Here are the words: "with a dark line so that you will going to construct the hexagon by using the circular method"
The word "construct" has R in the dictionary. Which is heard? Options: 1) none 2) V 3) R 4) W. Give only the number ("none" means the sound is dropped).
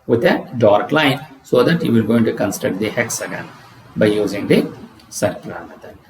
1